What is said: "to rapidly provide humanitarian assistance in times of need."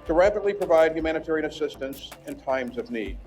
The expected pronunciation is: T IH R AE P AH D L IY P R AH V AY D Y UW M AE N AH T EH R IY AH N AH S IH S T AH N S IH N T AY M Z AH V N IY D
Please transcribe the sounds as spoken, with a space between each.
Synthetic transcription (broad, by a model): T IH R AE P AH D L IY P R AH V AY D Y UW M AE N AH T EH R IY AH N AH S IH S T AH N S IH N T AY M Z AH V N IY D